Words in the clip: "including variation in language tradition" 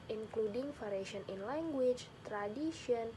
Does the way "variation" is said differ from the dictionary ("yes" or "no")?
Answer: yes